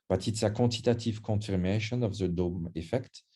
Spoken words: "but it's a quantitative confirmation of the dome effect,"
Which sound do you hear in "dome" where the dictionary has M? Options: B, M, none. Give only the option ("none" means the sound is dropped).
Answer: M